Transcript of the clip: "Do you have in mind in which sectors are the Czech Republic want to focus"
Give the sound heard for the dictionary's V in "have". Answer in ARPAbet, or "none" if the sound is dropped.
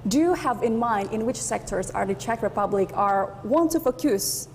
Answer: V